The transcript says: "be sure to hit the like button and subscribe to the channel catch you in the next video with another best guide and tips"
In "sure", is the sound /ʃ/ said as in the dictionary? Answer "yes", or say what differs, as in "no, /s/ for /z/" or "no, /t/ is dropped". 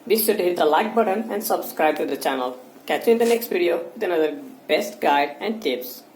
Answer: no, /s/ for /ʃ/